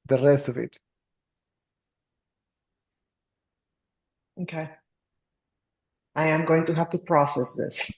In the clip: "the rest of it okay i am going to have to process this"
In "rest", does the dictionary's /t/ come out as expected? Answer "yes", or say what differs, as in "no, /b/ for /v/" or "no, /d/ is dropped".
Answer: yes